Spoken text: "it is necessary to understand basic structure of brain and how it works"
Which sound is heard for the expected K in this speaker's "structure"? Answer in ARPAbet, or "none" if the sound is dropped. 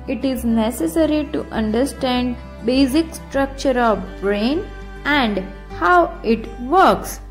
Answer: K